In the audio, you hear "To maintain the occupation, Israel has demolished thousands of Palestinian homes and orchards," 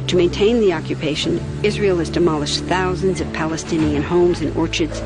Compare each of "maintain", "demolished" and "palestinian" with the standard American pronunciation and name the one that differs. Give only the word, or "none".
none